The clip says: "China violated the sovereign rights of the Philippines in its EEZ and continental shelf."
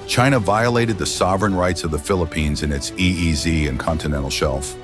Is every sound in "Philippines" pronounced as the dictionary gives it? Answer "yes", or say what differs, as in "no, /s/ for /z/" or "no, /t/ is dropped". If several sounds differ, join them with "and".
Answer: yes